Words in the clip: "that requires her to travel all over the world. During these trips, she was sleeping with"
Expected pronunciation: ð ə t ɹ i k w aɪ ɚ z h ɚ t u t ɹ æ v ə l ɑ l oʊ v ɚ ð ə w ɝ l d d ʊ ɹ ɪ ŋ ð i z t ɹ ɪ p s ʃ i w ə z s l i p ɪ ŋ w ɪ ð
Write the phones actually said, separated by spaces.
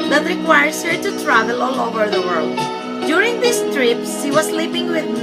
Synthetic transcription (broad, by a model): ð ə t ɹ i k w aɪ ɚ s h ɚ t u t ɹ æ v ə l ɑ l oʊ v ɚ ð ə w ɝ l d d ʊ ɹ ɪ ŋ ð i s t ɹ ɪ p s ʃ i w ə s l i p ɪ ŋ w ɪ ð